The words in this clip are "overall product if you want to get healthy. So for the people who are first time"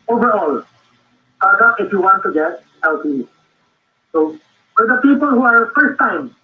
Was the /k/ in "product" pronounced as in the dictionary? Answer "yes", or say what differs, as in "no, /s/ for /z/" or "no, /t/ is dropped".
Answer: no, /k/ is dropped